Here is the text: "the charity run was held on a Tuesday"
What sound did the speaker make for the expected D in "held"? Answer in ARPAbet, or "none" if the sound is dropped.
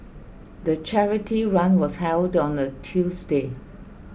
D